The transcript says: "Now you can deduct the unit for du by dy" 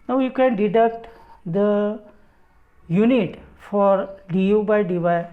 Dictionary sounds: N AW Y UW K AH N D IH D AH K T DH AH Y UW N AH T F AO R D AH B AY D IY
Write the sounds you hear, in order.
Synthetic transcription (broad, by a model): N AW Y UW K AH N D IH D AH K T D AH Y UW N AH T F AO R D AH B AY D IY